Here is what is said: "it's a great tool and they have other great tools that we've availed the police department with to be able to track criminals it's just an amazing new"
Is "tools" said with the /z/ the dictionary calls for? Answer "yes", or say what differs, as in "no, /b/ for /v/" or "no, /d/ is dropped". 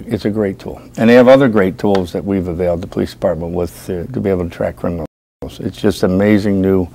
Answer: yes